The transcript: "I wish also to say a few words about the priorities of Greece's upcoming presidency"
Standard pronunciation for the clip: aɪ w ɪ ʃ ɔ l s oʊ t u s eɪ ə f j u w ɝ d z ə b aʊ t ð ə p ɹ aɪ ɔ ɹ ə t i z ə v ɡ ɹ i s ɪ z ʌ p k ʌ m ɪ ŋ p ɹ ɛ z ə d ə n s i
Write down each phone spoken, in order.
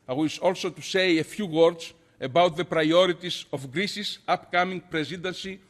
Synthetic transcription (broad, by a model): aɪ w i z ɔ l s oʊ t u s eɪ ə f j u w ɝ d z ə b aʊ t ð ə p ɹ aɪ ɔ ɹ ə t i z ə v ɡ ɹ i s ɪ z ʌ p k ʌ m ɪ ŋ p ɹ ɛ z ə d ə n s i